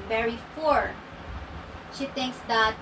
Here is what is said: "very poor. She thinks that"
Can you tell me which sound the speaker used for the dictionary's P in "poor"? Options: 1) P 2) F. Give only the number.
2